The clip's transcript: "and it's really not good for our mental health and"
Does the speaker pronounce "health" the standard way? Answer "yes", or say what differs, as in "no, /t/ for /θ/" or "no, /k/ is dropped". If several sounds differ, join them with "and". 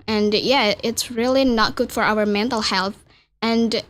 yes